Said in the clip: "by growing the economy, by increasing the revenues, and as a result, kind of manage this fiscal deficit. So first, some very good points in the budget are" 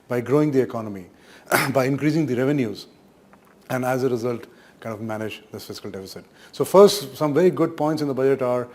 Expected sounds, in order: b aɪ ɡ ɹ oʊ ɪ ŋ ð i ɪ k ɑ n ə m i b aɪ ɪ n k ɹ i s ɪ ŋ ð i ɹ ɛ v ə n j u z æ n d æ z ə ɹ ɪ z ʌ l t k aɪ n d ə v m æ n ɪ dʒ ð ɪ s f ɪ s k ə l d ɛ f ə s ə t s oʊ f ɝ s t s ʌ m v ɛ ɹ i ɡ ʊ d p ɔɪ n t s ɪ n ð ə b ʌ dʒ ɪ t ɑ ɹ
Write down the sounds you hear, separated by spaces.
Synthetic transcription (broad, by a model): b aɪ ɡ ɹ oʊ ɪ ŋ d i ɪ k ɑ n ə m i b aɪ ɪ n k ɹ i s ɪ ŋ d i ɹ ɛ v ə n j u z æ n d æ z ə ɹ ɪ z ʌ l t k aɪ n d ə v m æ n ɪ dʒ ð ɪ s f ɪ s k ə l d ɛ f ə s ə t s oʊ f ɝ s t s ʌ m v ɛ ɹ i ɡ ʊ d p ɔɪ n t s ɪ n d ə b ʌ dʒ ɪ t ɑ ɹ